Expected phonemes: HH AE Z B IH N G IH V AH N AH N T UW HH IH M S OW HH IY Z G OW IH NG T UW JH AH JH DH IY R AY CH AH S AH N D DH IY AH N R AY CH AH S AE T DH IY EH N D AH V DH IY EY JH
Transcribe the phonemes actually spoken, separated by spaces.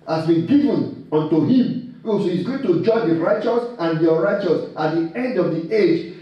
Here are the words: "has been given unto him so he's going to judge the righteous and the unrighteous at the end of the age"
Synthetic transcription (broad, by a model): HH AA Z B IH N G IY V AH N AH N T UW HH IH M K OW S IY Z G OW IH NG T UW JH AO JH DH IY R AY CH AH S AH N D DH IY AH R AY CH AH S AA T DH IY EH N D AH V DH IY EY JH